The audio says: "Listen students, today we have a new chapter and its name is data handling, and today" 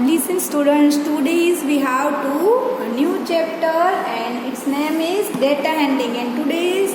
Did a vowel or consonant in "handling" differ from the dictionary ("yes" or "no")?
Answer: yes